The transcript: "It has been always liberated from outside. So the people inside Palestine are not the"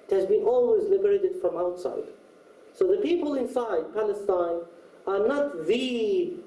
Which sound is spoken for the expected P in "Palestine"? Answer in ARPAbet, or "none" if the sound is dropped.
P